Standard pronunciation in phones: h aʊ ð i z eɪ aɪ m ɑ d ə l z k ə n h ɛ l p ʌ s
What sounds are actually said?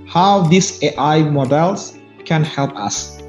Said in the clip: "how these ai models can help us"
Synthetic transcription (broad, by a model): h aʊ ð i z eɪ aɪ m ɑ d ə l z k ə n h ɛ l p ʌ s